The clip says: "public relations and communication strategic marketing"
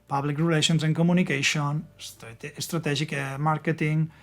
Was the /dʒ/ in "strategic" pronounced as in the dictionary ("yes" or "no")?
no